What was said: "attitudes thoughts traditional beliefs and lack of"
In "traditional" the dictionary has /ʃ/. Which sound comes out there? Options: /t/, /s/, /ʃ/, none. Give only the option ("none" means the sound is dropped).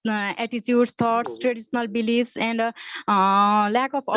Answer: /s/